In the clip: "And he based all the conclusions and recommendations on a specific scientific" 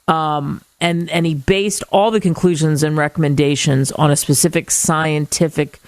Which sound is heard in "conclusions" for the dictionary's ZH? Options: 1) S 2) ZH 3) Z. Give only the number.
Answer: 2